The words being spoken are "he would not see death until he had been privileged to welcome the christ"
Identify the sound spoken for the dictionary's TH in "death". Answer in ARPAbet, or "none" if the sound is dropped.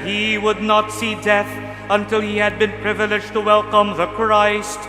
TH